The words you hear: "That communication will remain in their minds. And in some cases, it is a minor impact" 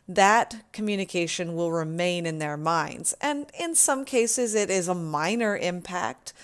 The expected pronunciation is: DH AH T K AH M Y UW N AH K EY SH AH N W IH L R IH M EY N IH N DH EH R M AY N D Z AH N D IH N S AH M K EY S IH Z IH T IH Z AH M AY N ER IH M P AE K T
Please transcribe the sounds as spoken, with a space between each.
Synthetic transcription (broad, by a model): DH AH T K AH M Y UW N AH K EY SH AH N W IH L R IH M EY N IH N DH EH R M AY N D Z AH N IH N S AH M K EY S IH Z IH T IH Z AH M AY N ER IH M P AE K T